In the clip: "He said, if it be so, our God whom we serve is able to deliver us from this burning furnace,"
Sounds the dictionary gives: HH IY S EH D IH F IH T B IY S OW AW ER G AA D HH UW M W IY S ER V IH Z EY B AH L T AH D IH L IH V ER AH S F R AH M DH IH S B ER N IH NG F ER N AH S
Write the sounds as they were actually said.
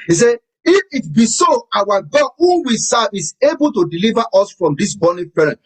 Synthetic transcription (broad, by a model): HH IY S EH IH F IH T B IY S OW AW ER G AA D HH UW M W IY S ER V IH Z EY B AH L T AH D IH L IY V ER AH S F R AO M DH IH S B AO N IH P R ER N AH